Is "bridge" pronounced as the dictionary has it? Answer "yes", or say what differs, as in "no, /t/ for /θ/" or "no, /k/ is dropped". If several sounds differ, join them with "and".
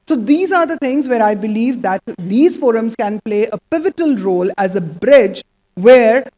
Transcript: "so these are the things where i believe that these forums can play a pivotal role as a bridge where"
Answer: yes